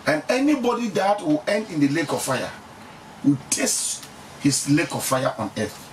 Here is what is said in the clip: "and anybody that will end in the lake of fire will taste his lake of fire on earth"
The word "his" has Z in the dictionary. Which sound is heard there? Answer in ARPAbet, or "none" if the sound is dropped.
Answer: S